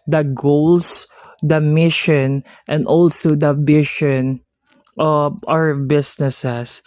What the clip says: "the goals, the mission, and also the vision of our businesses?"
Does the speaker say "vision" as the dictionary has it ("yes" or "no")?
no